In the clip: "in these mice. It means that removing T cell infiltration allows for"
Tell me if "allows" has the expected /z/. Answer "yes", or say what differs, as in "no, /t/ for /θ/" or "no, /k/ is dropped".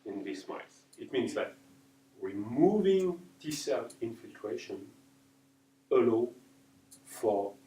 no, /z/ is dropped